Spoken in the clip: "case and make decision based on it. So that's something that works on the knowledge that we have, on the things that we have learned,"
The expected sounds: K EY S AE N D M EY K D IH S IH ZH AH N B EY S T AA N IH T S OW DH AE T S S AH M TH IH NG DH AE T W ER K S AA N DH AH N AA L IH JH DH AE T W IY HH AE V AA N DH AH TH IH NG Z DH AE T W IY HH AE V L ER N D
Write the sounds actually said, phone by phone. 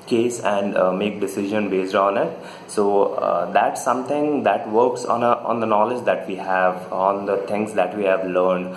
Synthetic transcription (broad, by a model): K EY S AE N D M EY K D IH S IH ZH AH N B EY S T AA N IH T S OW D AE T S S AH M T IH NG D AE T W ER K S AA N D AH N AA L IH JH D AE T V IY HH AE V AA N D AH T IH NG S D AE T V IY HH AE V L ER N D